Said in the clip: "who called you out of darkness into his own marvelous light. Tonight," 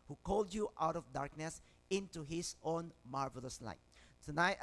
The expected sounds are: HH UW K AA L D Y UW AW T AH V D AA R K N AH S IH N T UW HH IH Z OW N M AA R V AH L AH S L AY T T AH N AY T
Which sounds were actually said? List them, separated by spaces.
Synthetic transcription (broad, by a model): HH UW K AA L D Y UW AW T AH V D AA R K N AH S IH N T UW HH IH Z OW N M AA R V AH L AH S L AY T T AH N AY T